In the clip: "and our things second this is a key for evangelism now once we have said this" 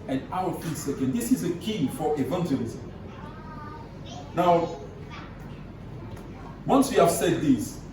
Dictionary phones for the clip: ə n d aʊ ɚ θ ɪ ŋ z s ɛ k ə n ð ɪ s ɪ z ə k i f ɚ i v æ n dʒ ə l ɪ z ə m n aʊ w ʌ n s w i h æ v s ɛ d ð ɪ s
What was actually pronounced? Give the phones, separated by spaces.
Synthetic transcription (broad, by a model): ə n aʊ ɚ f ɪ s ɛ k ə n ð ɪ s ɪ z ə k i f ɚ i v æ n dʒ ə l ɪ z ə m n aʊ w ʌ n s w i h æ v s ɛ d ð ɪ s